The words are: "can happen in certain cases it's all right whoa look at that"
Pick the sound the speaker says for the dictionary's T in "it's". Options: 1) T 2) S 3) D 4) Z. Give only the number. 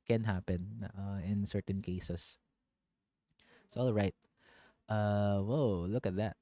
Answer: 2